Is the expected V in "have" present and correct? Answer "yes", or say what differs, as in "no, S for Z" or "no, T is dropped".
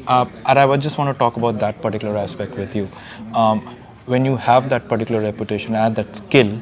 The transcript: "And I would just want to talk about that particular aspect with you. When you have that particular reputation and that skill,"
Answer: yes